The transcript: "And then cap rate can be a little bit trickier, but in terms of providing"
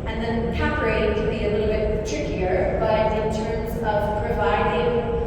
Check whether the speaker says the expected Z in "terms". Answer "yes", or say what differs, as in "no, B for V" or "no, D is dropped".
yes